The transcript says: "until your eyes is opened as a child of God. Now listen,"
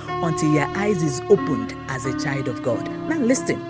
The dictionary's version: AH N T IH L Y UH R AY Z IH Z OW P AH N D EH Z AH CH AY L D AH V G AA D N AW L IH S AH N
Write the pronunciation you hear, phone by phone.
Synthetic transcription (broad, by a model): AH N T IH L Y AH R AY Z IH Z OW P AH N D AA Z AH CH AY L D AH V G AA D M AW L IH S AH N